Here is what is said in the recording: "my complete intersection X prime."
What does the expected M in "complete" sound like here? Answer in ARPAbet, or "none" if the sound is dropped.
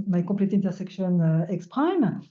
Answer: none